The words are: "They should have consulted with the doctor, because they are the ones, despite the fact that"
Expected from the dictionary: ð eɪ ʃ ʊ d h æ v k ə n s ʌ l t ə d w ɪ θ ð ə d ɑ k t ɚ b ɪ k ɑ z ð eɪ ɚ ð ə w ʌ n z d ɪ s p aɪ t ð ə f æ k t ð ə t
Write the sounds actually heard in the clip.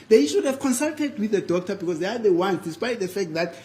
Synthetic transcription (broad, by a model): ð eɪ ʃ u d h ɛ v k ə n s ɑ l t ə d w ɪ θ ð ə d ɑ k t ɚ b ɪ k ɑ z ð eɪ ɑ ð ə w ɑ n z d ɪ s p aɪ t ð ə f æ k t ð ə t